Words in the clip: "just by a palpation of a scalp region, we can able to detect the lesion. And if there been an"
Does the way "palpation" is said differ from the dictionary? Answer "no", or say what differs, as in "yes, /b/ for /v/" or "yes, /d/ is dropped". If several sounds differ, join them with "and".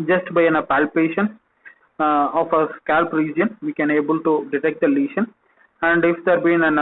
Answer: no